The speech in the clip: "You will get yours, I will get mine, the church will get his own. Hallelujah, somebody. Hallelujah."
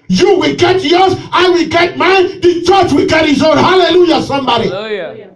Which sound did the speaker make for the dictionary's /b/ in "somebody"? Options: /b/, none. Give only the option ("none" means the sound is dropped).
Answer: /b/